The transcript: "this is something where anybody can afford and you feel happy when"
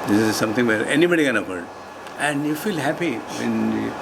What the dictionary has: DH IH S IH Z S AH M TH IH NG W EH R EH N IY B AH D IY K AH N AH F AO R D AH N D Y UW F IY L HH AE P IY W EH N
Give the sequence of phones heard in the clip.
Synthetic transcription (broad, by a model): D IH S IH Z S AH M T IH NG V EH R EH N IY B AH D IY K AH N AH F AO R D AH N D Y UW F IY L HH AE P IY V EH N